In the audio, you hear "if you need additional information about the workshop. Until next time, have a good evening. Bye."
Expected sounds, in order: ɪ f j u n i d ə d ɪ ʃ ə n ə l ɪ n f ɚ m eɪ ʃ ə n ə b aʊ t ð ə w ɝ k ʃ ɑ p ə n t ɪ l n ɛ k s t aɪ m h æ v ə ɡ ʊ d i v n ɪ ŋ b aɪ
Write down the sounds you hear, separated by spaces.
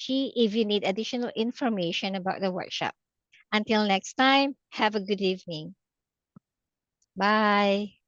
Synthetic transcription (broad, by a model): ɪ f j u n i d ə d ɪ ʃ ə n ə l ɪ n f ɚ m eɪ ʃ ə n ə b aʊ t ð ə w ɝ k ʃ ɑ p ə n t ɪ l n ɛ k s t aɪ m h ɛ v ə ɡ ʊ d i v n ɪ ŋ b aɪ